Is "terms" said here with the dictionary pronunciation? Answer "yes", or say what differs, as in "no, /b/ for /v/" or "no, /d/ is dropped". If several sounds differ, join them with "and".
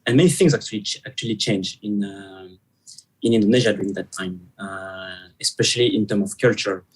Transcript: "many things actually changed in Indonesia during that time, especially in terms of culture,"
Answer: no, /z/ is dropped